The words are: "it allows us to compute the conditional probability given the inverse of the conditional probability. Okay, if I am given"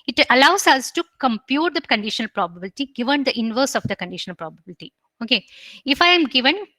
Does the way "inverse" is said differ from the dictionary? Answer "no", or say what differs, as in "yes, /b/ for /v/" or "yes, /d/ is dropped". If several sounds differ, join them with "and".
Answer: no